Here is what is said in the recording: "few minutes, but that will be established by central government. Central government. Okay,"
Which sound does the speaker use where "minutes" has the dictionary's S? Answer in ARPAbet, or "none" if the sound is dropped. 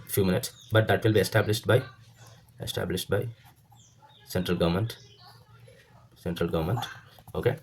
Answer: S